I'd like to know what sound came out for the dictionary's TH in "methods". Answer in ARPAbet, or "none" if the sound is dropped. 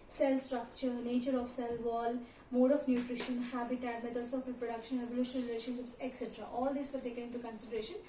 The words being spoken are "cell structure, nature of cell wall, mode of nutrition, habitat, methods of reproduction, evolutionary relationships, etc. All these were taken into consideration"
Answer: T